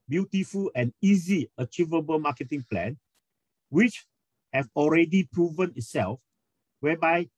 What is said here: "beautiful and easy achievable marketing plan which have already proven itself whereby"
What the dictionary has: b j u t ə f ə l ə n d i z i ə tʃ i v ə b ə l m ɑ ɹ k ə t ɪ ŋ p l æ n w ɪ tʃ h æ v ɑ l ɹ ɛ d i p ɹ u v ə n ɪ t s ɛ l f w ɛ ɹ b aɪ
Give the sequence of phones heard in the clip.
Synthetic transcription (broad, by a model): b j u t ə f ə l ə n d i z i ə tʃ i v ə b ə l m ɑ k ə t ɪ ŋ p l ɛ n w ɪ tʃ h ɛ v ɑ l ɹ ɛ d i p ɹ u v ə n ɪ t s ɛ l f w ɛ b aɪ